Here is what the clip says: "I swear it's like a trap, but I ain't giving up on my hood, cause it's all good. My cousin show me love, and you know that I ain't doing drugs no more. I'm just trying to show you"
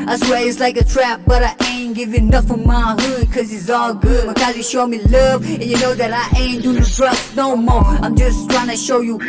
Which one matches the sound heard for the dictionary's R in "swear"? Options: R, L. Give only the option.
L